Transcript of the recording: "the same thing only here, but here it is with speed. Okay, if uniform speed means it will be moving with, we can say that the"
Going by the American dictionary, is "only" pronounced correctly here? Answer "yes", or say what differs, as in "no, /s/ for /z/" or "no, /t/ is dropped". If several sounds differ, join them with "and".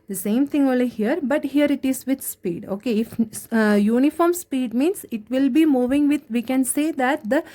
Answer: no, /n/ is dropped